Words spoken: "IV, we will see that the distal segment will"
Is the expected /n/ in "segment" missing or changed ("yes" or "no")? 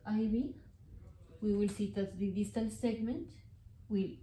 no